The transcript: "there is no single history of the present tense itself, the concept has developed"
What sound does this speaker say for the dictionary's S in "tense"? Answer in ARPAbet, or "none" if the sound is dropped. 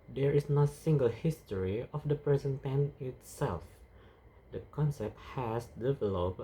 none